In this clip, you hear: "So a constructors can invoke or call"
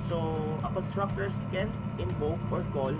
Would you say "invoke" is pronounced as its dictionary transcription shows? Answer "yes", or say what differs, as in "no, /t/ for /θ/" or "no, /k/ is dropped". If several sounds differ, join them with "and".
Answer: no, /b/ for /v/